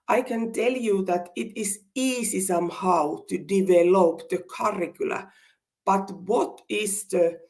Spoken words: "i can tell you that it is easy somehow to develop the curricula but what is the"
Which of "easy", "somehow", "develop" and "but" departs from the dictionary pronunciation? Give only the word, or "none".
easy